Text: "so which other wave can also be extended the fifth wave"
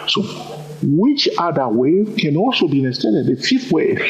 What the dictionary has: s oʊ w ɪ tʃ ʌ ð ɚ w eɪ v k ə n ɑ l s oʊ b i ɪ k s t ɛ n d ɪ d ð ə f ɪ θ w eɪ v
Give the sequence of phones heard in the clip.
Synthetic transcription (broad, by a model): s oʊ w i tʃ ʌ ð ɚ w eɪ k ə n ɑ l s oʊ b i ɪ s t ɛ d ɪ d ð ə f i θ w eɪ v